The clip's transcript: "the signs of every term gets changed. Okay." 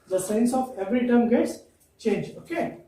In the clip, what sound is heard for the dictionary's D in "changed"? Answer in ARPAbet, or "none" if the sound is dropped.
none